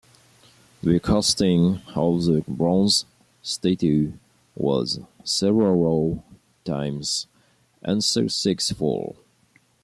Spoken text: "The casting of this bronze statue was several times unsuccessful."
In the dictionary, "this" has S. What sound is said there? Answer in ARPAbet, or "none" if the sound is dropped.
none